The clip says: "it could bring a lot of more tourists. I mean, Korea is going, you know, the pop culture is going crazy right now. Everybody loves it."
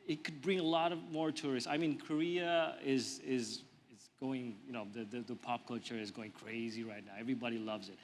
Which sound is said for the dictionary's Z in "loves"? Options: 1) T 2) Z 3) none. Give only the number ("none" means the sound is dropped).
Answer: 2